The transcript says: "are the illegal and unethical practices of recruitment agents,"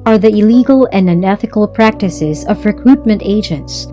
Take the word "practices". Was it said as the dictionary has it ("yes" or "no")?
yes